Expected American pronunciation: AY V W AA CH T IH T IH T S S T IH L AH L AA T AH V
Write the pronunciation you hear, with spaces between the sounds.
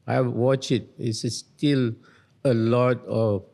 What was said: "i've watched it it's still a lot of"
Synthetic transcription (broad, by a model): AY W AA CH IH T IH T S S T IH L AH L AA T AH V